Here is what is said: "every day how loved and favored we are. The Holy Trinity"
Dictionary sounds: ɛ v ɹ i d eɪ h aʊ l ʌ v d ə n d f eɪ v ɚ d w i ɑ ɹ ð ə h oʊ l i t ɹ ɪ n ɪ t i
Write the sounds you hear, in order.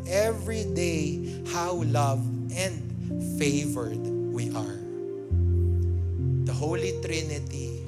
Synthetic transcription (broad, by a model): ɛ v ɹ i d eɪ h aʊ l ʌ v d ə n d f eɪ v ɚ d w i ɑ ɹ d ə h oʊ l i t ɹ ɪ n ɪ t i